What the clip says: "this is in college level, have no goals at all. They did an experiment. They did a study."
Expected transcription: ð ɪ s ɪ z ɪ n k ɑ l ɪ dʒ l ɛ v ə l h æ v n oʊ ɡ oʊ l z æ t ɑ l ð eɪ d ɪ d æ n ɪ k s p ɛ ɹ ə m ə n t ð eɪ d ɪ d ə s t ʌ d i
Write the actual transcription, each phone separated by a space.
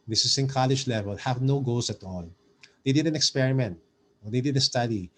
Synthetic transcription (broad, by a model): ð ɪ s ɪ s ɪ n k ɑ l ɪ dʒ l ɛ v ə l h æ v n oʊ ɡ oʊ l s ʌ t ɑ l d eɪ d ɪ d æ n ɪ k s p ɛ ɹ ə m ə n t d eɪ d ɪ d ə s t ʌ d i